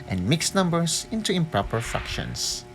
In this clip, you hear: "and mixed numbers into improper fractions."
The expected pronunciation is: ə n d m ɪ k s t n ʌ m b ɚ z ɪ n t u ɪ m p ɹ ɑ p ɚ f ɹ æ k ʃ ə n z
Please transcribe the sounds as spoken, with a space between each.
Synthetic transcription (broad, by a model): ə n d m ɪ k s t n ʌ m b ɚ s ɪ n t u ɪ m p ɹ ɑ p ɚ f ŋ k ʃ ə n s